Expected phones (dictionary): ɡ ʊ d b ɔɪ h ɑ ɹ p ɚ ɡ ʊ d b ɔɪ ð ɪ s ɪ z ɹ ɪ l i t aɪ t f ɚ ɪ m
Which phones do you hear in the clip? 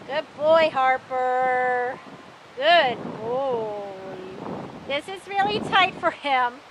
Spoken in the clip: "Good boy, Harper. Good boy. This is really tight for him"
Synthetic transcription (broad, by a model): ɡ ʊ d b ɔɪ h ɑ ɹ p ɚ ɡ ʊ d b ɔɪ ð ɪ s ɪ z ɹ ɪ l i t aɪ t f ɚ ɪ m